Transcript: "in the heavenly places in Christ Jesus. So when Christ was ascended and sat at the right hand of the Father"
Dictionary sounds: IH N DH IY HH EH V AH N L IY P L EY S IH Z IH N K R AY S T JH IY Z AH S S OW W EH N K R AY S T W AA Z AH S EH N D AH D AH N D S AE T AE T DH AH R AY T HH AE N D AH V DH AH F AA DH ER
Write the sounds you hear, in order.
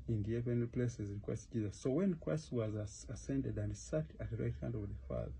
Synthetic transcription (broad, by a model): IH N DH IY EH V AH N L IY P L EY S IH Z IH K W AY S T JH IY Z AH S S OW W EH N K W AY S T W AA Z AH S EH N D AH D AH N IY S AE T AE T DH AH R AY T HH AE N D AH V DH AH F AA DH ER